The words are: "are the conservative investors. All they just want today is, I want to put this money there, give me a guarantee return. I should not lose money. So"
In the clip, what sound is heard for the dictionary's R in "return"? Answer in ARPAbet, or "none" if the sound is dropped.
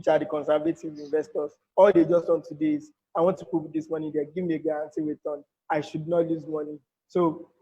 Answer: W